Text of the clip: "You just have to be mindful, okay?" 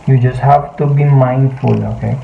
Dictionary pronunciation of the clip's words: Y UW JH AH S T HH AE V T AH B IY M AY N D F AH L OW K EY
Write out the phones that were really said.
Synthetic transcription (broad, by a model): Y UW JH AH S HH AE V T AH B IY M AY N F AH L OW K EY